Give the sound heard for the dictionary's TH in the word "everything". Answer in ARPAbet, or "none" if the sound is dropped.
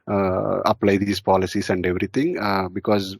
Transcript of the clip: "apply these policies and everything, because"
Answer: T